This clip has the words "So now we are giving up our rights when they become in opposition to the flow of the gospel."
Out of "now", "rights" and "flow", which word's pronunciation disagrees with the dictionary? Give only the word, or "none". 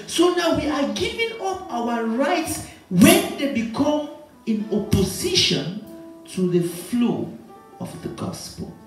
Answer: none